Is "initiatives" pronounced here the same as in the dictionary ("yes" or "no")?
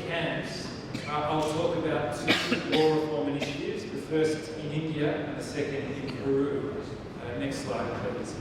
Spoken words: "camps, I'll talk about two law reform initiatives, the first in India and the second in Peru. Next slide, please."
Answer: yes